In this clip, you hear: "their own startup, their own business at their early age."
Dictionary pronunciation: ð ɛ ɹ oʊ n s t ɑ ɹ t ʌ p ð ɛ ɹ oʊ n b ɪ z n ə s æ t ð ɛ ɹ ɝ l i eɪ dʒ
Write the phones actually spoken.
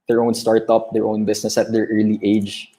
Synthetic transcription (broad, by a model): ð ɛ ɹ oʊ n s t ɑ ɹ t ʌ p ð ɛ ɹ oʊ n b ɪ s n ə s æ t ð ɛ ɹ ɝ l i eɪ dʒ